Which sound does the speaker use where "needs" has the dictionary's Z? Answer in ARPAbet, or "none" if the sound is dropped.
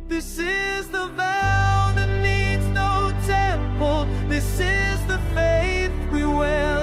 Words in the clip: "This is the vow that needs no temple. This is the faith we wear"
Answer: Z